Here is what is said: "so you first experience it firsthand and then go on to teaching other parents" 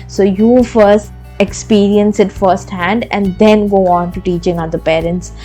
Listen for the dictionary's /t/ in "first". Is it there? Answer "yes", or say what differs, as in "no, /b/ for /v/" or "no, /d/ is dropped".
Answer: yes